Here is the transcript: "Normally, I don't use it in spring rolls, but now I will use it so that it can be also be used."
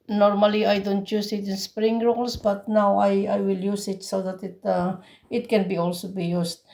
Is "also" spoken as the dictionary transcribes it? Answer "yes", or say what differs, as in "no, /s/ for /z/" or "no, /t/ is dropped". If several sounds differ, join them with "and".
yes